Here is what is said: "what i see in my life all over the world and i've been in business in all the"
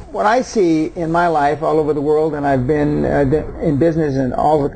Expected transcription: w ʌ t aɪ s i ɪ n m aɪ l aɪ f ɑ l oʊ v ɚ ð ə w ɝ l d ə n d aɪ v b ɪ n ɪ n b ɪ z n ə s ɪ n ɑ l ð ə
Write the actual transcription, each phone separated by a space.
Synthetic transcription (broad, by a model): w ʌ t aɪ s i ɪ n m aɪ l aɪ f ɑ l oʊ v ɚ ð ə w ɝ l d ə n aɪ v b ɪ n ɪ n b ɪ z n ə s ɪ n ɑ l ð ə